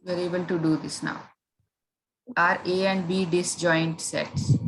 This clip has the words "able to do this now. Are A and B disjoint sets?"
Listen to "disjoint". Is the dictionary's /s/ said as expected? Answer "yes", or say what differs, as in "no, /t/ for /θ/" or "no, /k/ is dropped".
yes